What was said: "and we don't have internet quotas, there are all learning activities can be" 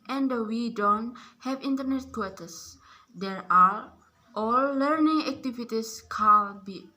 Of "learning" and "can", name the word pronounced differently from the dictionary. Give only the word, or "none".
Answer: can